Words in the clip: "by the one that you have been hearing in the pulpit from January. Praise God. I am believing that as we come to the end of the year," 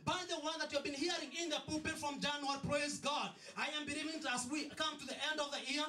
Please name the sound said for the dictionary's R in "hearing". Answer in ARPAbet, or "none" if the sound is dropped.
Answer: R